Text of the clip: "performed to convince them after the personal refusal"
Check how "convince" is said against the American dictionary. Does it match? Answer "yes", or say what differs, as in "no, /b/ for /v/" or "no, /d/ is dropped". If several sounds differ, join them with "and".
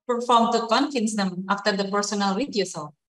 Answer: no, /f/ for /v/